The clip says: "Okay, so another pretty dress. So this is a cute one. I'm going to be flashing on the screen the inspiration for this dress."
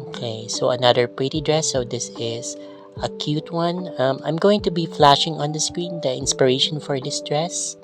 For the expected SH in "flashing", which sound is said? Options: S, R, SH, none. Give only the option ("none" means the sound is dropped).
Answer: SH